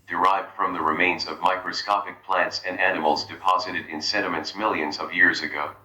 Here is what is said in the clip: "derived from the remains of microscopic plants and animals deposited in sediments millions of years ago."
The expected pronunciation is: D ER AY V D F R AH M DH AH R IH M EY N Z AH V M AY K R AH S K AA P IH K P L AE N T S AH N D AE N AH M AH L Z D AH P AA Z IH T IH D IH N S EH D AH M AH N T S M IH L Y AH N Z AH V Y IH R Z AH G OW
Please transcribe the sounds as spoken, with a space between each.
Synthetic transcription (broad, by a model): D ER AY V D F R AH M DH AH R IH M EY N Z AH V M AY K R AH S K AA P IH K P L AE N T S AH N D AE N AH M L Z D AH P AA Z IH T IH D IH N S EH D AH M AH N T S M IH L Y AH N Z AH V Y IH R Z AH G OW